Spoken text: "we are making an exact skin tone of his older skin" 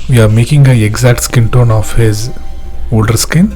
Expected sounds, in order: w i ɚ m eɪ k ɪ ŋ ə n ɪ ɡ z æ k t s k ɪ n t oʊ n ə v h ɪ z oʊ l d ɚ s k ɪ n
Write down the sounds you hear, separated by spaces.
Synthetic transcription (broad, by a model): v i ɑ m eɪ k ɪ ŋ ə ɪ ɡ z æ k t s k ɪ n t oʊ n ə f h ɪ z oʊ l d ɚ s k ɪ n